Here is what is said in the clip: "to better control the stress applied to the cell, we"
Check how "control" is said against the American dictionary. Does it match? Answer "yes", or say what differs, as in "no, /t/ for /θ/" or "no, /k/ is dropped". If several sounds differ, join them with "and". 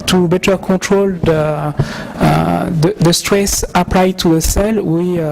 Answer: no, /n/ is dropped